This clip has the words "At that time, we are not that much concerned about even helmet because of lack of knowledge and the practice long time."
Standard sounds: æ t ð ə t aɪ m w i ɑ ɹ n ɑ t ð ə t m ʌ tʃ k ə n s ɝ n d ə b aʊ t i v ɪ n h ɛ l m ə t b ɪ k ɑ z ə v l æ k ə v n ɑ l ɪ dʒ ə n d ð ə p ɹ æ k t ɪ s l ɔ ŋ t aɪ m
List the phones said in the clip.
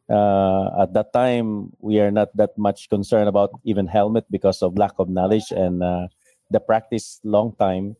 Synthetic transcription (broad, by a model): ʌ t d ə t aɪ m w i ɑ ɹ n ɑ t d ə t m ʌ tʃ k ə n s ɝ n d ə b aʊ t i v ɪ n h ɛ l m ə t b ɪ k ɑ s ə v l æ k ə v n ɑ l ɪ dʒ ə n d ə p ɹ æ k t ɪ s l ɔ ŋ t aɪ m